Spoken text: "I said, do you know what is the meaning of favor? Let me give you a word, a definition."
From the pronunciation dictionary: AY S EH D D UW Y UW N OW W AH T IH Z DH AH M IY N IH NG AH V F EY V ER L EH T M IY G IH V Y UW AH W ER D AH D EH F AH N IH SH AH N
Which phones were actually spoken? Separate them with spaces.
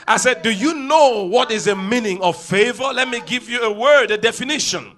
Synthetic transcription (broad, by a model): AY S EH D D UW Y UW N OW W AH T IH Z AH M IY N IH NG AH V F EY V ER L EH T M IY G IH V Y UW AH W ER D AH D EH F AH N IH SH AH N